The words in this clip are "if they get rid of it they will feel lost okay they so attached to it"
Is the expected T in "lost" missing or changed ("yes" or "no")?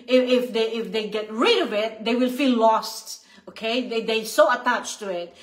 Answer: no